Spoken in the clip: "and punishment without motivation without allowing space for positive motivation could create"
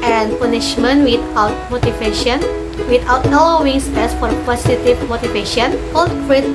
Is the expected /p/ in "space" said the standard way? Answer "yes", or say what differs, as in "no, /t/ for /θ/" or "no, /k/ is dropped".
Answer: no, /p/ is dropped